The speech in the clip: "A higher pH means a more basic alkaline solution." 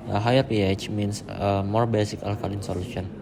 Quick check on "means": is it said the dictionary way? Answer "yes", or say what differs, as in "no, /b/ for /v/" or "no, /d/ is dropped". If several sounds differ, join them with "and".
no, /s/ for /z/